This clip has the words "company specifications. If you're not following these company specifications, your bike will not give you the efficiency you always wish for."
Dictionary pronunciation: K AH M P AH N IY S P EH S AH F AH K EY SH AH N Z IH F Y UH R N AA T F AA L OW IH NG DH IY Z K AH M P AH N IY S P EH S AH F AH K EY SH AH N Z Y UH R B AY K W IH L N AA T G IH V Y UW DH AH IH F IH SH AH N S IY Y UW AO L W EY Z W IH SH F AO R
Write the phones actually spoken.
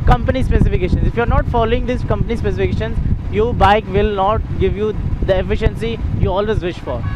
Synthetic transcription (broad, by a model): K AH M P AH N IY S P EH S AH F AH K EY SH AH N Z IH F Y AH R N AA T F AA L OW IH NG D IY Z K AH M P AH N IY S P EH S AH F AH K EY SH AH N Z Y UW B AY K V IH L N AA T G IH V Y UW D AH IH F IH SH AH N S IY Y UW AO L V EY Z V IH SH F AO R